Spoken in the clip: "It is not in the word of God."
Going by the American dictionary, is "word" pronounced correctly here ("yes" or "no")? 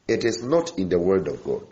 yes